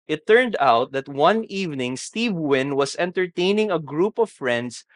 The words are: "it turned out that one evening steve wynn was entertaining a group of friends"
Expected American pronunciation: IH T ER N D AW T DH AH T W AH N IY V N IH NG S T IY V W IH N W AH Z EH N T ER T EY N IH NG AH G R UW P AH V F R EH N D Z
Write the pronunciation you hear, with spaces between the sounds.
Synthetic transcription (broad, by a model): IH T ER N D AW T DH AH T W AH N IY V N IH NG S T IY V W IH N W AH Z EH N T ER T EY N IH NG AH G R UW P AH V F R EH N D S